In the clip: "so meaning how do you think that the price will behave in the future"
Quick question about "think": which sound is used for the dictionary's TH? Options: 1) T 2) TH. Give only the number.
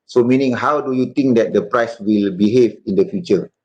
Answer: 1